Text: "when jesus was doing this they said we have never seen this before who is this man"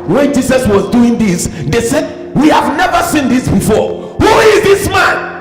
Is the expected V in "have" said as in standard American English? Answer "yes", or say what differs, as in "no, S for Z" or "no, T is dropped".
yes